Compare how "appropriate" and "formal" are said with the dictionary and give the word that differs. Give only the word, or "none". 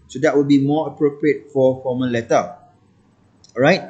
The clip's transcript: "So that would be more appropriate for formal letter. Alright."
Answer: formal